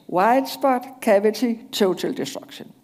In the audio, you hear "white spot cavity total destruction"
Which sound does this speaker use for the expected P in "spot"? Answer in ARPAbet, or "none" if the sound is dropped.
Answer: B